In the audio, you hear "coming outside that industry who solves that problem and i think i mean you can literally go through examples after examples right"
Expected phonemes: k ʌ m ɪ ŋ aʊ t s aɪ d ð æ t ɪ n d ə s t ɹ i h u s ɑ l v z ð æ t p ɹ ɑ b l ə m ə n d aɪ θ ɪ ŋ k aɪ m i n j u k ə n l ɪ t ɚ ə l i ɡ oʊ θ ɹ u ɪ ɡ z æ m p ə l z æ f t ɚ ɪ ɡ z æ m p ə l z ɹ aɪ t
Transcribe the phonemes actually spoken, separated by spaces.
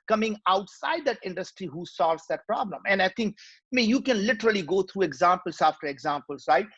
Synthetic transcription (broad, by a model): k ʌ m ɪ ŋ aʊ t s aɪ d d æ t ɪ n d ə s t ɹ i h u s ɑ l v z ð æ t p ɹ ɑ b l ə m ə n d aɪ t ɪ ŋ k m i j u k ə n l ɪ t ɚ ə l i ɡ oʊ t ɹ u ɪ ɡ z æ m p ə l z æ f t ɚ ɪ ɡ z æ m p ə l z ɹ aɪ t